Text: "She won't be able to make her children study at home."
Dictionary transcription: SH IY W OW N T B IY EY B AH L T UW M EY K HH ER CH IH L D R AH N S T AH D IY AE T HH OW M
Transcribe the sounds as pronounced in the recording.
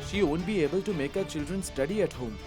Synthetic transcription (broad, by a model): SH IY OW N B IY EY B AH L T UW M EY K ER CH IH L D R AH N S T AH D IY AE T HH OW M